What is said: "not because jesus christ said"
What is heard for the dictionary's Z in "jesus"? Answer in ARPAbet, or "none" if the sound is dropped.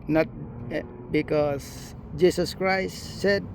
S